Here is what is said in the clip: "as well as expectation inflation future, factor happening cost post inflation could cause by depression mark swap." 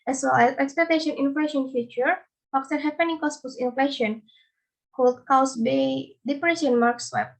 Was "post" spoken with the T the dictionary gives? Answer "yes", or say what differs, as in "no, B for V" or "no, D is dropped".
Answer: no, T is dropped